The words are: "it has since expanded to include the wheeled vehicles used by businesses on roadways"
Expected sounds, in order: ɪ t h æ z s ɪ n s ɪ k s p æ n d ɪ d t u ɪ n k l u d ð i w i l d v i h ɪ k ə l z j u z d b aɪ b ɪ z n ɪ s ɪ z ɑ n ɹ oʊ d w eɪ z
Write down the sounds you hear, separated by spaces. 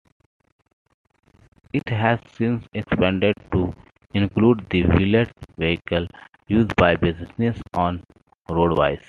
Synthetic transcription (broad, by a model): ɪ t h æ z s ɪ n s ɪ k s p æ n d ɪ d t u ɪ n k l u d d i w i l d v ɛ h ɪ k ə l j u z d b aɪ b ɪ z ɪ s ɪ s ɑ n ɹ oʊ d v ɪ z